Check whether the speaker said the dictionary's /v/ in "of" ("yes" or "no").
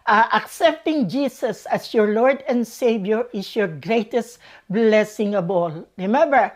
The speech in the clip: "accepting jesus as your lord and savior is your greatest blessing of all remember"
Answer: no